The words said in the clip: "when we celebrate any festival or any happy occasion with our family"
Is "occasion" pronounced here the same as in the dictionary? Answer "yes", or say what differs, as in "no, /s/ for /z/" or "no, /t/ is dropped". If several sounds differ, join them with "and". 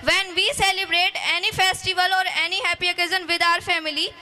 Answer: no, /z/ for /ʒ/